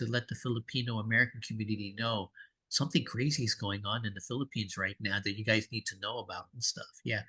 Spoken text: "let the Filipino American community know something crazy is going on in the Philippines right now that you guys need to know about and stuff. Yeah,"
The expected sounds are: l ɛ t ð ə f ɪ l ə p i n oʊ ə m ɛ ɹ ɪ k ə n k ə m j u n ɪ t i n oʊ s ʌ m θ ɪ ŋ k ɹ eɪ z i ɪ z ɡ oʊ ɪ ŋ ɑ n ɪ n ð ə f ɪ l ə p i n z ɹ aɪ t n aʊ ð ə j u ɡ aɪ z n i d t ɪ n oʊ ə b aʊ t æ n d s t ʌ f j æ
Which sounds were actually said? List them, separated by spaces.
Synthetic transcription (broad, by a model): l ɛ t ð ə f ɪ l ə p i n oʊ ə m ɛ ɹ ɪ k n k m j u n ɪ t i n oʊ s ʌ m θ ɪ ŋ k ɹ eɪ z i ɪ z ɡ oʊ ɪ ŋ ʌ n ɪ n ð ə f ɪ l ə p i n z ɹ aɪ t n aʊ ð ə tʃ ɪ ɡ aɪ z n i d t ɪ n oʊ ə b aʊ t n s t ʌ f j æ